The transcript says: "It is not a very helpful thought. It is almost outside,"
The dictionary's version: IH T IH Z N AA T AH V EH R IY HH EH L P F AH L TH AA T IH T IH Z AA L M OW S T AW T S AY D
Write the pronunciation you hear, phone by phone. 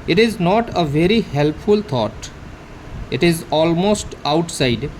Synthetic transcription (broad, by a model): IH T IH Z N AA T AH V EH R IY HH EH L P F AH L T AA T IH T IH Z AA L M OW S T AW T S AY D